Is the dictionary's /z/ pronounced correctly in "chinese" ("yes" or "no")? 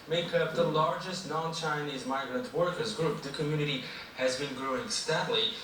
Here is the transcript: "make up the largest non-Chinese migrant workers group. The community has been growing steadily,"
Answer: yes